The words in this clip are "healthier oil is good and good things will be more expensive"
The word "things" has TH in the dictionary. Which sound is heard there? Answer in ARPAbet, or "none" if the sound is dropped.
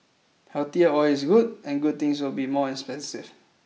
T